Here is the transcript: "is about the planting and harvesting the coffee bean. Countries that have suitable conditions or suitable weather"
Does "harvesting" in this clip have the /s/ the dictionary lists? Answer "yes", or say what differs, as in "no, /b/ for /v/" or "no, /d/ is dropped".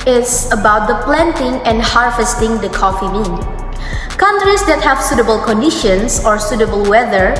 yes